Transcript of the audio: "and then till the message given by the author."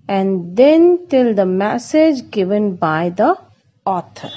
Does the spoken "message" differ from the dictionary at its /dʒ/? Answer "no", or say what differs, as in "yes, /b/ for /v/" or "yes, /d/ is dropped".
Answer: no